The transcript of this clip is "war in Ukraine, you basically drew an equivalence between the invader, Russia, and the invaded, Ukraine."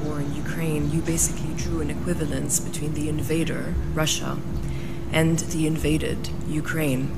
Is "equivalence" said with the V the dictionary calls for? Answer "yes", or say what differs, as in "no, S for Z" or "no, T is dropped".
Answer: yes